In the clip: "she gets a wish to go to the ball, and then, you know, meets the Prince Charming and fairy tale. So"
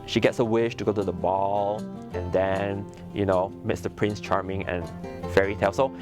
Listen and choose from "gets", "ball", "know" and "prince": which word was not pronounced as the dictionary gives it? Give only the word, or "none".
none